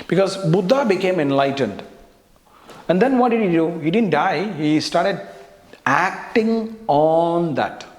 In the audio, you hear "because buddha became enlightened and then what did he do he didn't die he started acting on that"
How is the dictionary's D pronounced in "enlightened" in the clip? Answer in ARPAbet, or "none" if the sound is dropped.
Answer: D